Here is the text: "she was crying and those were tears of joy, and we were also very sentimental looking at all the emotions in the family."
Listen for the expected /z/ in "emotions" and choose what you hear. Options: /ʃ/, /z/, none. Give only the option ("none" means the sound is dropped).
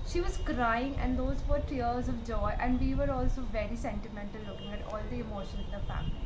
none